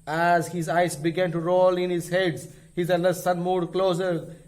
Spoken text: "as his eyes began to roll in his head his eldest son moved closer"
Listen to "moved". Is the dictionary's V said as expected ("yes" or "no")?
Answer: no